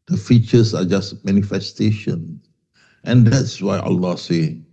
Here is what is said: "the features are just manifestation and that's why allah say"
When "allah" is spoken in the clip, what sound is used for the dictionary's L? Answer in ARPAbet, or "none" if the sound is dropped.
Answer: L